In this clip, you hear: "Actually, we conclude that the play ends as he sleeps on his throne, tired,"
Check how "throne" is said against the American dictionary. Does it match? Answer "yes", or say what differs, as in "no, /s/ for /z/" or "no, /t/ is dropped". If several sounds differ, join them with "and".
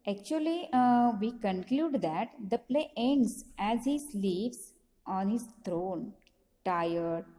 no, /t/ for /θ/